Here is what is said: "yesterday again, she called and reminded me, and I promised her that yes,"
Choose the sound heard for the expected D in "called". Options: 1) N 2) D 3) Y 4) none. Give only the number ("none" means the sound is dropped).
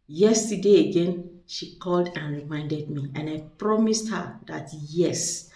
2